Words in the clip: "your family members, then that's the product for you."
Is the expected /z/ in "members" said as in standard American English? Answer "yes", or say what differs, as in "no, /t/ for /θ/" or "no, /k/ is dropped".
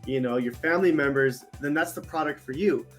yes